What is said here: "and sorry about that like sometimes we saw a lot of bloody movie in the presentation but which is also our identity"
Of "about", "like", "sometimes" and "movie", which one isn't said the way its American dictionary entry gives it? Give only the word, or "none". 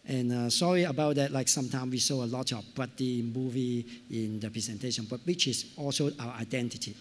sometimes